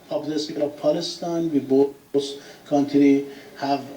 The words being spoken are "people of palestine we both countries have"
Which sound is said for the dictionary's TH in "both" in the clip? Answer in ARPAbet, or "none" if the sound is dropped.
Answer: S